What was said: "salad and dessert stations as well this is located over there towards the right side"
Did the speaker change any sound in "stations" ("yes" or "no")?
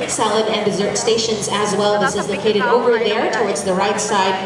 no